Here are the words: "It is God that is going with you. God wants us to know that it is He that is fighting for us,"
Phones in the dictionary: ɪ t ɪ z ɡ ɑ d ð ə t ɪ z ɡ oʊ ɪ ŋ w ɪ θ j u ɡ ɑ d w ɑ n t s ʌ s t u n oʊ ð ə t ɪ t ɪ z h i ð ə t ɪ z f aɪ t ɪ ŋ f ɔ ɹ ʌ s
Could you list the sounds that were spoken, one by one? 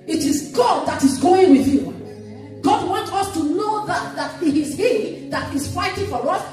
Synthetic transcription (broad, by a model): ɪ t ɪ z ɡ ɑ d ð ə t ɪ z ɡ oʊ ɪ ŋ w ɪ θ j u ɡ ɑ d w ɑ n t ʌ s t u n oʊ ð ə t ɪ t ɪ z h i ð ə t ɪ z f aɪ t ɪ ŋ f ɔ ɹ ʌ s